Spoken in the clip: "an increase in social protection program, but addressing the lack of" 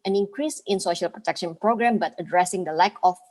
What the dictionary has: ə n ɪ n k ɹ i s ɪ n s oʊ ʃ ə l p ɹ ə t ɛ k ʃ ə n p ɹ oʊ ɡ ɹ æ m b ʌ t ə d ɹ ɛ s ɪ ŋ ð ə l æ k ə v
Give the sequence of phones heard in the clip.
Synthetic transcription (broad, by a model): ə n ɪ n k ɹ i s ɪ n s oʊ ʃ ə l p ɹ ə t ɛ k ʃ ə n p ɹ oʊ ɡ ɹ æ m b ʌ t ə d ɹ ɛ s ɪ ŋ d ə l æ k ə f